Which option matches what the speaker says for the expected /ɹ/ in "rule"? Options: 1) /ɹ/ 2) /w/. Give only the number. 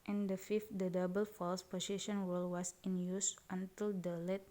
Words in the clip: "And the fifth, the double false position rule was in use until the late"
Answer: 2